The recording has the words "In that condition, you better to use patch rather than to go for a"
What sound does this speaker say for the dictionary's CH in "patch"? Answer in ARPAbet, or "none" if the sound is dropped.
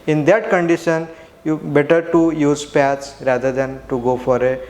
S